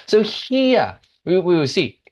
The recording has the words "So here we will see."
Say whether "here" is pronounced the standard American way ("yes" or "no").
no